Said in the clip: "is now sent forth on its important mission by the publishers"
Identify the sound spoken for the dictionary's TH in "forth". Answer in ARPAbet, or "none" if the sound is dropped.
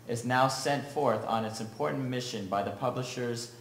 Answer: TH